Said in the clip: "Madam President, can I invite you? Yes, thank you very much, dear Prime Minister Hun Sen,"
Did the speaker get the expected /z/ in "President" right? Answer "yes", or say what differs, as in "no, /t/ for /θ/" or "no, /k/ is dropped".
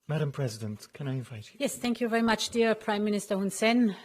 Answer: yes